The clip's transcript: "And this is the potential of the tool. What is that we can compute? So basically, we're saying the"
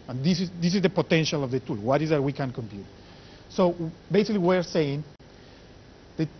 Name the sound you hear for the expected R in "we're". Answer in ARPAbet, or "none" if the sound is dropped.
R